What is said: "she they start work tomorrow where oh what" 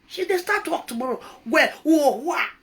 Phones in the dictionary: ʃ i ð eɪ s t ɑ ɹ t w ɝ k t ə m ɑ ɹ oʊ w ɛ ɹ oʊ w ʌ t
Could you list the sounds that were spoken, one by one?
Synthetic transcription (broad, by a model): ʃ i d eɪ s t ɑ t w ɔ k t ə m ɑ ɹ oʊ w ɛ w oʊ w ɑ